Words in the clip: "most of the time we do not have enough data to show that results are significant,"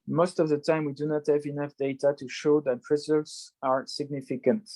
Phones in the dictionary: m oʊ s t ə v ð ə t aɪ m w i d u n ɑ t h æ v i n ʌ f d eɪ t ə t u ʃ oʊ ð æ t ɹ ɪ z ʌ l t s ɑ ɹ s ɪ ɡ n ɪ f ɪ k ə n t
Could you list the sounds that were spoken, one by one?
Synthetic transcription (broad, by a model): m oʊ s t ə v ð ə t aɪ m w i d u n ɑ t h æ v i n ʌ f d eɪ t ə t u ʃ oʊ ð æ t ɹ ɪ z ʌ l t s ɑ ɹ s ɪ ɡ n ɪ f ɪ k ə n t